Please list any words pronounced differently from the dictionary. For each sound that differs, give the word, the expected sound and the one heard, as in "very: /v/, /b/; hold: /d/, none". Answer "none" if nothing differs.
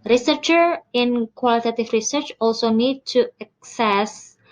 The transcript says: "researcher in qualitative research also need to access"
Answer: qualitative: /v/, /f/